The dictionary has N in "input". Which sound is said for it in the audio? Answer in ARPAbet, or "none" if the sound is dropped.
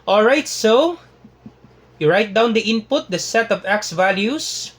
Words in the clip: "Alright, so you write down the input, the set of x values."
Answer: N